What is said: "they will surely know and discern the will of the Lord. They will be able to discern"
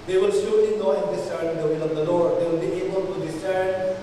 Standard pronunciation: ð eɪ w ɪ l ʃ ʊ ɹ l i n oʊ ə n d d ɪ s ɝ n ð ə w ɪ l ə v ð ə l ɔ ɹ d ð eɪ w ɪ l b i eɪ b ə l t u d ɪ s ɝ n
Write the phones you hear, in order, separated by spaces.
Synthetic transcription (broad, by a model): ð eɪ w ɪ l s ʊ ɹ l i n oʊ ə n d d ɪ s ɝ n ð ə w ɪ l ə v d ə l ɔ ɹ d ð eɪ w ɪ l b i eɪ b ə l t u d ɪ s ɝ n